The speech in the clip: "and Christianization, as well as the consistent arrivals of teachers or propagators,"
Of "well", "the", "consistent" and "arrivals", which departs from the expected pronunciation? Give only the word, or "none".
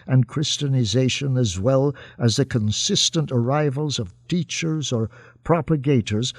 none